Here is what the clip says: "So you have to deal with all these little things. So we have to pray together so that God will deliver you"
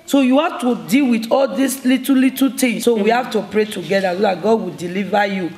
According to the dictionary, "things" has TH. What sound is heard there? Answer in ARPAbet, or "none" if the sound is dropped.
T